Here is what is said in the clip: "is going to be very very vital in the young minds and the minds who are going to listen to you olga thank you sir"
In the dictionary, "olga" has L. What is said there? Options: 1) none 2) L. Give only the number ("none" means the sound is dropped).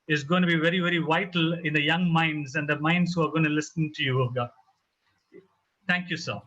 1